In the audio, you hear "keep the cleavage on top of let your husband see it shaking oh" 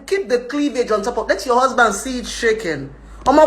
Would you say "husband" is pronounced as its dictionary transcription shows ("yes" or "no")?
yes